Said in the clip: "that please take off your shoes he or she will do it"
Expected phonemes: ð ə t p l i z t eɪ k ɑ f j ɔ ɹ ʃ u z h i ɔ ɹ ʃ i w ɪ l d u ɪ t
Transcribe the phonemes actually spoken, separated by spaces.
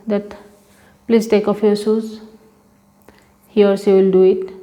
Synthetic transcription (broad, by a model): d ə t p l i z t eɪ k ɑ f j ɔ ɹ s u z h i ɔ ɹ s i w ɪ l d u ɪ t